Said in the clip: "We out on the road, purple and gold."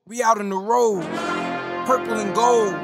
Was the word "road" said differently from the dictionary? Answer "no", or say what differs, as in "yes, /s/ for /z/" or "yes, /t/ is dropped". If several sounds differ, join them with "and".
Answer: no